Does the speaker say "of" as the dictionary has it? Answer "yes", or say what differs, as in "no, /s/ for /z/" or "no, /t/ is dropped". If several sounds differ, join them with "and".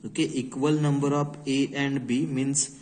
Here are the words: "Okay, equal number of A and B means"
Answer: no, /p/ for /v/